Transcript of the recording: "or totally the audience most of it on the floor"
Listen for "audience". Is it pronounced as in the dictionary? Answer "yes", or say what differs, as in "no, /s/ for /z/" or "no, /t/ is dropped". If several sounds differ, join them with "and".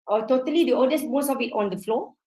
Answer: no, /n/ is dropped